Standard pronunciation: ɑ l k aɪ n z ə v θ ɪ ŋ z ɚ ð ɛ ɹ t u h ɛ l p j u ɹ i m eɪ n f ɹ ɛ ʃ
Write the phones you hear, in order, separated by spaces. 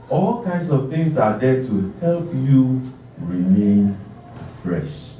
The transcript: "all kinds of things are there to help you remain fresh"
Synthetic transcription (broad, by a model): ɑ l k aɪ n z ə v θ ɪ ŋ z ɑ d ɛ t u h ɛ l p j u ɹ i m eɪ n f ɹ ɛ ʃ